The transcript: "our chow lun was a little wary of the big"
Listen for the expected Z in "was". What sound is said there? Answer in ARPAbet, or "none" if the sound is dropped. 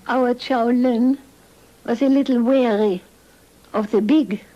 S